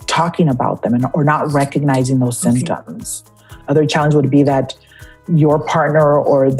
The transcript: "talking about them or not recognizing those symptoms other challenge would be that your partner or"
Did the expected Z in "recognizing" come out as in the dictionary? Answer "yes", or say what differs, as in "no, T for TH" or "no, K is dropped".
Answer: yes